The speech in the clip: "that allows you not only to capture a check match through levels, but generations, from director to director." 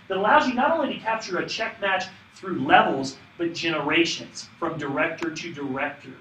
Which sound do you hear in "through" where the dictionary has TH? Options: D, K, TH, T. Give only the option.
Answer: TH